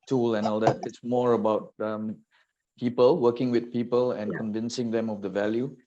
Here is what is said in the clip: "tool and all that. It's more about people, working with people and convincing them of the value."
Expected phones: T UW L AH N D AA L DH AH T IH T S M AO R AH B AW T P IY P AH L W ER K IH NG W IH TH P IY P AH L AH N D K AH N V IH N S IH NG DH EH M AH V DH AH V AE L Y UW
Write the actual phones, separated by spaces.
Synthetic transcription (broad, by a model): T UW L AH N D AA L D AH T IH T S M AO R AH B AW T P IY P AH L W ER K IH NG W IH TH P IY P AH L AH N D K AH N V IH N S IH NG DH EH M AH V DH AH V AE L Y UW